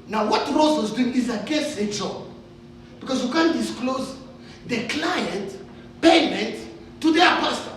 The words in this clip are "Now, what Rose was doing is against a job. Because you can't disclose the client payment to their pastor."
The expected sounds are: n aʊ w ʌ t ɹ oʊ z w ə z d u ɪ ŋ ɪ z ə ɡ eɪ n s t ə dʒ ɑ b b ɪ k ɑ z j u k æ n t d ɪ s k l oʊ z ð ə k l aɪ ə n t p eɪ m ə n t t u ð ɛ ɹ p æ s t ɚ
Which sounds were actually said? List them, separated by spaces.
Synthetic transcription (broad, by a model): n aʊ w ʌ t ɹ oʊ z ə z d u ɪ ŋ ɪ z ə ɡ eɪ s ə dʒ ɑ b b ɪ k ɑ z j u k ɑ n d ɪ s k l oʊ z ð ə k l aɪ ə n t p eɪ m ə n t t u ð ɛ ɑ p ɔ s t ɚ